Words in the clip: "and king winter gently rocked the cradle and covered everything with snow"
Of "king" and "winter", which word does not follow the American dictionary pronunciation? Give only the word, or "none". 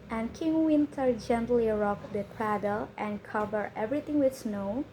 none